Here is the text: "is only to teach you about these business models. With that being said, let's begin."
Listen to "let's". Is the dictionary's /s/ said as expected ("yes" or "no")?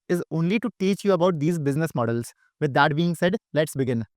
yes